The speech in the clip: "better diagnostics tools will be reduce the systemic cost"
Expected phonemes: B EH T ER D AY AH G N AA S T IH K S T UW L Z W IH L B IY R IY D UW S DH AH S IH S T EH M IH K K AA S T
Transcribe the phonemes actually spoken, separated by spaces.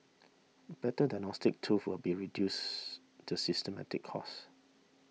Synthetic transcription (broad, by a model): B EH T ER D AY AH N AA S T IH K T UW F W IH L B IY R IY D UW S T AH S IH S T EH M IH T K AA S